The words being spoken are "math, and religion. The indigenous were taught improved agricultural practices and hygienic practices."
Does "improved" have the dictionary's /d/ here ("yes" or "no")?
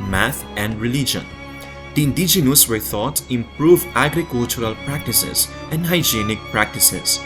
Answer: no